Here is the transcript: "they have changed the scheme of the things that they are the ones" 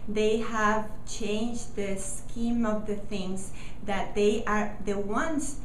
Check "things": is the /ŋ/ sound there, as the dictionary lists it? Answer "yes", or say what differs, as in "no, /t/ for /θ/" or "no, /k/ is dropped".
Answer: yes